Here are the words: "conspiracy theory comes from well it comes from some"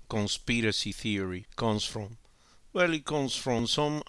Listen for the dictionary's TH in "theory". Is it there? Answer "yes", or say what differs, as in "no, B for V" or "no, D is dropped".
yes